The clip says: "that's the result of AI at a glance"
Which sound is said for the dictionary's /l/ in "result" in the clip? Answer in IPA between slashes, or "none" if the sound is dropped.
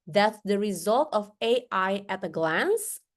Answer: /l/